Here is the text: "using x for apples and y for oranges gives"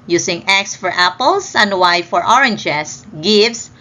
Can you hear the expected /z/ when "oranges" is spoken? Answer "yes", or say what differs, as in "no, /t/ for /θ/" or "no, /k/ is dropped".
no, /s/ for /z/